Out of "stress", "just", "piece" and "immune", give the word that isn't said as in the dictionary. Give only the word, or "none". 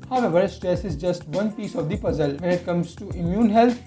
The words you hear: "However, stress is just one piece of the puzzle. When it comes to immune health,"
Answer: none